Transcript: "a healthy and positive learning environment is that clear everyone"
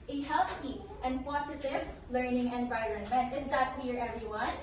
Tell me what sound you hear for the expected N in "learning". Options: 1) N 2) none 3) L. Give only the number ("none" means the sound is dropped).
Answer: 1